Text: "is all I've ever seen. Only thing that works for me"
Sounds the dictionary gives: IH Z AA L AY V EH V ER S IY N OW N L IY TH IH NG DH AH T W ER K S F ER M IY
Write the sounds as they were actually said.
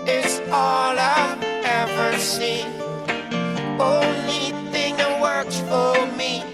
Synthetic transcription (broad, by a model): IH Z AA L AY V EH V ER S IY N OW N L IY TH IH NG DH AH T W ER K S F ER M IY